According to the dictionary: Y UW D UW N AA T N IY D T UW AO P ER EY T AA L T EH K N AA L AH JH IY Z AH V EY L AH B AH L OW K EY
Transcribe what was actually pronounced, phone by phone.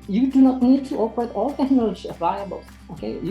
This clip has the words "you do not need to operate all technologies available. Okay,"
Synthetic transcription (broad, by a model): Y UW D UW N AA T N IY D T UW AO P ER EY T AA L T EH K N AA L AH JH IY AH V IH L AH B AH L OW K EY